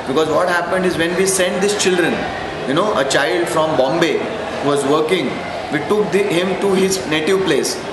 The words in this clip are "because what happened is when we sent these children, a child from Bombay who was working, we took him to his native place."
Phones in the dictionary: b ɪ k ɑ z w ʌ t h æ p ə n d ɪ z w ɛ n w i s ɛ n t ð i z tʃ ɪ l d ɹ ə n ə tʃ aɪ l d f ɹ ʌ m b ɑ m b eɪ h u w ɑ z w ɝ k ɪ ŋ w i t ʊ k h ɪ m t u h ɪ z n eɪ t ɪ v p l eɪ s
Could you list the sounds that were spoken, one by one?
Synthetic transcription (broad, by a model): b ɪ k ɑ z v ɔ t h æ p ə n d ɪ z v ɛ n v i s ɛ n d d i s tʃ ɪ l d ɹ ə n ə tʃ aɪ l d f ɹ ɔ m b ɑ m b eɪ h u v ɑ z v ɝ k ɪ ŋ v i t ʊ k h ɪ m t u h ɪ z n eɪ t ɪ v p l eɪ s